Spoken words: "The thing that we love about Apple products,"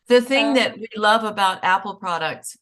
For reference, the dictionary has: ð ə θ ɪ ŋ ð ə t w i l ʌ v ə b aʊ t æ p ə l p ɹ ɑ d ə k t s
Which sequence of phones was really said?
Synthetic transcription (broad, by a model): ð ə θ ɪ ŋ ð ə t w i l ʌ v ə b aʊ t æ p l p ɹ ɑ d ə k t s